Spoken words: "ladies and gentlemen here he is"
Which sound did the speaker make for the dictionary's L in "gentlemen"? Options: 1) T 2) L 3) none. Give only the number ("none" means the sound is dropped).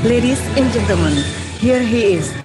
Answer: 3